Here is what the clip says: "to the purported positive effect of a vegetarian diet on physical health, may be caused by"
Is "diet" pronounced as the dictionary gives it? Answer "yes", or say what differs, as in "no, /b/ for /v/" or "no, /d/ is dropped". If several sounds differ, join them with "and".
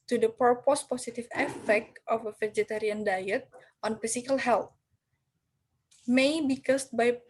yes